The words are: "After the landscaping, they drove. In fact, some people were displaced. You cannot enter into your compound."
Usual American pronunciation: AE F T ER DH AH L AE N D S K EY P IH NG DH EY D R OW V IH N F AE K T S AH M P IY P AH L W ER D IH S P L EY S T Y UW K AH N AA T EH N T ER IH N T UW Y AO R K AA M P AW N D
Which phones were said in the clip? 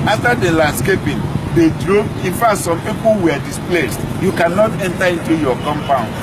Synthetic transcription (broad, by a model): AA F T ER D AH L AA N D S K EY P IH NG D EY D R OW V IH N F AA T S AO M P IY P AH L W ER D IH S P L EY S T Y UW K AH N AA T EH N T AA IH N T UW Y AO K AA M P AW N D